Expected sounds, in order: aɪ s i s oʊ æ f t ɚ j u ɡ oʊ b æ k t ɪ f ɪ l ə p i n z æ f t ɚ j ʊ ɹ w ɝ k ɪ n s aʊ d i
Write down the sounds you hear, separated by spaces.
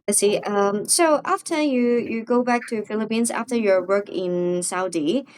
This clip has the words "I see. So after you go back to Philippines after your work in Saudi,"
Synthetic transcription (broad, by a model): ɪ s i s oʊ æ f t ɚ j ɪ ɡ oʊ b æ k t ɪ f ɪ l ə p i n z æ f t ɚ j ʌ ɹ w ɝ k ɪ n s aʊ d i